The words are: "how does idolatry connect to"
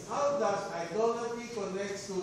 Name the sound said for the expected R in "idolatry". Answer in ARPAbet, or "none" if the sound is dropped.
none